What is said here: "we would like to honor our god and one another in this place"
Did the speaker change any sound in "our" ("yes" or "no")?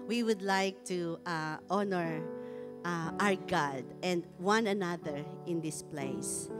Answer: no